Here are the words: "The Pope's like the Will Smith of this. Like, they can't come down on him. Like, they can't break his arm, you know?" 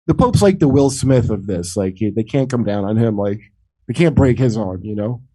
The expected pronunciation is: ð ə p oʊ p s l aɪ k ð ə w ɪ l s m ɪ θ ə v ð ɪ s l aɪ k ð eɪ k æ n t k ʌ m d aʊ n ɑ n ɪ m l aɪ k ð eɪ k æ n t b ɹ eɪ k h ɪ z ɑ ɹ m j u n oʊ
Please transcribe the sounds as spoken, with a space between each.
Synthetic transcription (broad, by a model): ð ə p oʊ p s l aɪ k ð ə w ɪ l s m ɪ θ ə v ð ɪ s l aɪ k ð eɪ k æ n k ʌ m d aʊ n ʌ n ɪ m l aɪ k ð eɪ k æ n b ɹ eɪ k h ɪ z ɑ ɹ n j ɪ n oʊ